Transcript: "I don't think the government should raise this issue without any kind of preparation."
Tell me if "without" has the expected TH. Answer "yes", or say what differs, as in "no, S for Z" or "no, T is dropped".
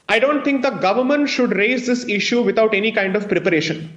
no, T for TH